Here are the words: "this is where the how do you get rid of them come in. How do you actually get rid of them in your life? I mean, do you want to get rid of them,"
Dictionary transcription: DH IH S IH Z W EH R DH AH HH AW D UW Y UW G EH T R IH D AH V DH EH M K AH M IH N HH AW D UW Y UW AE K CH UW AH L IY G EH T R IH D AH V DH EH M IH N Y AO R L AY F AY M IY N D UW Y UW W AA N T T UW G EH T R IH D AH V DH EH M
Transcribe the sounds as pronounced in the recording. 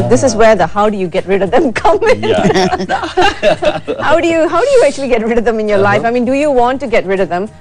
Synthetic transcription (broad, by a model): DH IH S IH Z W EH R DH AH HH AW D UW Y UW G EH T R IH D AH V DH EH M K AH M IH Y HH AW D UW Y UW AE K CH UW AH L IY G EH T R IH D AH V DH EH M IH N Y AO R L AY F AY M IY N D UW Y UW W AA N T T UW G EH T R IH D AH V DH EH M